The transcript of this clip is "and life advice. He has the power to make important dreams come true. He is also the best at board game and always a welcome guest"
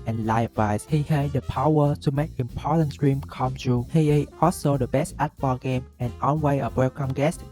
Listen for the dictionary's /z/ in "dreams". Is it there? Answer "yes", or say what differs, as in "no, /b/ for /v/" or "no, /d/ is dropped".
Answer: no, /z/ is dropped